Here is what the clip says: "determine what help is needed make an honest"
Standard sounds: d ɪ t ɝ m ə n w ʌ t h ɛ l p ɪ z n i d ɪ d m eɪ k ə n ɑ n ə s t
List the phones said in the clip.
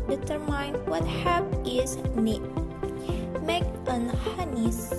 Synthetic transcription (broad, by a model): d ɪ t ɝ m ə n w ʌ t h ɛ p ɪ z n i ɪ m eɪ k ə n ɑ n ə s